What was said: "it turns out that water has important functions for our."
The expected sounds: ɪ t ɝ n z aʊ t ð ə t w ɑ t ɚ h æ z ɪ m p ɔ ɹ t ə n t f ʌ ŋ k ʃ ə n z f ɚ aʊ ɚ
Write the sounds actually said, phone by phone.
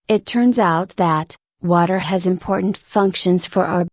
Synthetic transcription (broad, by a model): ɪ t ɝ n z aʊ t ð ə t w ɑ t ɚ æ z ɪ m p ɔ ɹ t n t f ʌ ŋ k ʃ ə n z f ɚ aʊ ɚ